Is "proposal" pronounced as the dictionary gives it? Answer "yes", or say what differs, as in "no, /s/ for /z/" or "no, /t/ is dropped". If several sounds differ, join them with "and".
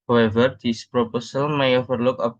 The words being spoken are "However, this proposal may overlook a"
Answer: no, /s/ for /z/